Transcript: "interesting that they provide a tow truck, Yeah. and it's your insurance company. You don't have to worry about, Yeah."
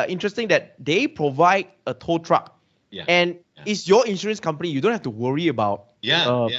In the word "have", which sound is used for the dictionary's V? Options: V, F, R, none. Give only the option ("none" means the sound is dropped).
F